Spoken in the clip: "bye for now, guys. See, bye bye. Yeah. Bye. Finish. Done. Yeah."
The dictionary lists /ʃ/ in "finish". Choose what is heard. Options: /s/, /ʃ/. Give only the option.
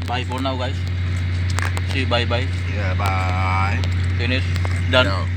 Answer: /s/